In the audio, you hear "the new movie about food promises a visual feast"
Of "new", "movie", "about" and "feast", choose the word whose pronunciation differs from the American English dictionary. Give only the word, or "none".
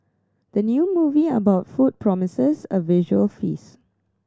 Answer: feast